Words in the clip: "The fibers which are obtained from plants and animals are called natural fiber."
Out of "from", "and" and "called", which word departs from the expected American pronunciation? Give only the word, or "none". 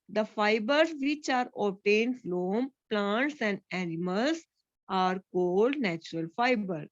from